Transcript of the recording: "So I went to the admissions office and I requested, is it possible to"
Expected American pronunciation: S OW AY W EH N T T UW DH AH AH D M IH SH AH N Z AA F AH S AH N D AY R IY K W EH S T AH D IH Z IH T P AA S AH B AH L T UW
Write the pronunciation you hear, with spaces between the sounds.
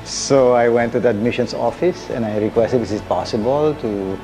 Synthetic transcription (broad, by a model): S OW AY W EH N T T UW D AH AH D M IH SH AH N S AA F AH S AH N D AY R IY K W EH S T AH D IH S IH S P AA S AH B AH L T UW